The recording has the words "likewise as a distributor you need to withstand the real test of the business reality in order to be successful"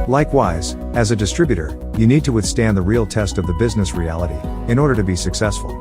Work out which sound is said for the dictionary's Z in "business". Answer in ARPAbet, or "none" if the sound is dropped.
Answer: Z